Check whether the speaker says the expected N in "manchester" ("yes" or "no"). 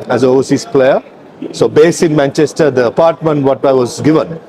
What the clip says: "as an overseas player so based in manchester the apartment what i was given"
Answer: yes